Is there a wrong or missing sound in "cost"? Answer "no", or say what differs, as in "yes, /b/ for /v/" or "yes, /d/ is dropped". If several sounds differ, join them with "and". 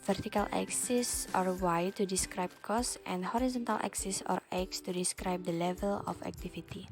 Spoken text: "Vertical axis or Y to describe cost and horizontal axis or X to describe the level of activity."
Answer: no